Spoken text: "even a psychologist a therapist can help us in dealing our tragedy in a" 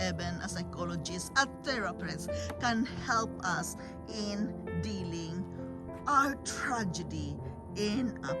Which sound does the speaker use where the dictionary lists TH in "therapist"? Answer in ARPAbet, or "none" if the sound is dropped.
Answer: T